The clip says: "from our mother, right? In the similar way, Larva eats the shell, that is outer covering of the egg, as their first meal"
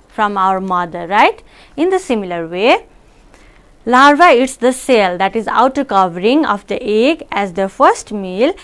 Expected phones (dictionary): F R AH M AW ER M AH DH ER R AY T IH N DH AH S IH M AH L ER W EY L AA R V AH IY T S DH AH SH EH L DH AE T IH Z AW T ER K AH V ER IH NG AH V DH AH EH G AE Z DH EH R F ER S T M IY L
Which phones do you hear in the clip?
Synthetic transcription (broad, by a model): F R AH M AW ER M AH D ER R AY T IH N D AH S IH M AH L ER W EY L AA R V AH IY T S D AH S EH L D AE T IH Z AW T ER K AH V ER IH NG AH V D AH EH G AE Z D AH F ER S T M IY L